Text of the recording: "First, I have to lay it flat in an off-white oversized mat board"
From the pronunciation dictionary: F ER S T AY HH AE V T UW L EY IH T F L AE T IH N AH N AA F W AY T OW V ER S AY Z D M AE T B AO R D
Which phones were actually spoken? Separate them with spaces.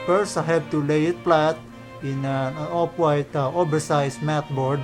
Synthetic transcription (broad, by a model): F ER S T AY HH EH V T UW L EY IH T P L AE T IH N AH N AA P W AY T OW B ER S AY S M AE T B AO R D